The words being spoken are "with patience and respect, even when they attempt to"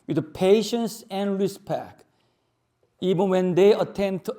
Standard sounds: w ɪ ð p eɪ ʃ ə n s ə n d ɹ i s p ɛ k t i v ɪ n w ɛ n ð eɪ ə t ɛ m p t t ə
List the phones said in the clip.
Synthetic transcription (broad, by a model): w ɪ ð p eɪ ʃ ə n s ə n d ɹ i s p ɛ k i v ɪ n w ɛ n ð eɪ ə t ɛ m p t t